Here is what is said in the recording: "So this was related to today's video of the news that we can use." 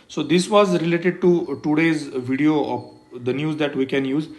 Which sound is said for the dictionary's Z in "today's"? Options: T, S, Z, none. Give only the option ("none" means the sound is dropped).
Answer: Z